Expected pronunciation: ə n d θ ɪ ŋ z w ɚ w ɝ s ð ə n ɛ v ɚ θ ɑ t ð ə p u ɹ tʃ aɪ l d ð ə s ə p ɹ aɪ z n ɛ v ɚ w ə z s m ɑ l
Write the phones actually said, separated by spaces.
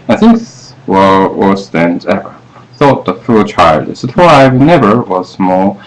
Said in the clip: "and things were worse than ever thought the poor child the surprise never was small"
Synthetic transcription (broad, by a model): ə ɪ θ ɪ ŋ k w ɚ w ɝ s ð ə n ɛ v ɚ θ ɑ t ð ə f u l tʃ aɪ l d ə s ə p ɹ aɪ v n ɛ v ɚ w ə z m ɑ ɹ